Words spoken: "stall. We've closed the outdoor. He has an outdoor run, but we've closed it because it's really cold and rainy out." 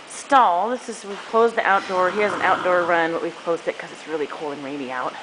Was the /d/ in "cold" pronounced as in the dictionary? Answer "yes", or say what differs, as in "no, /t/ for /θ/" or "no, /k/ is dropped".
no, /d/ is dropped